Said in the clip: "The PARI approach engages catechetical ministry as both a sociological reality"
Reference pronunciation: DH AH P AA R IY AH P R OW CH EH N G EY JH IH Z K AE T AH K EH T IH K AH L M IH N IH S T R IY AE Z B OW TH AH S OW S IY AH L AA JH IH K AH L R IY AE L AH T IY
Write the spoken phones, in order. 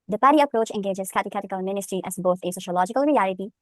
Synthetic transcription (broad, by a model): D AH P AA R IY AH P R OW CH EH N G EY JH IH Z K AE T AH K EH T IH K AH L M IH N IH S T R IY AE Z B OW T AH S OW SH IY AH L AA JH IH K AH L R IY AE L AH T IY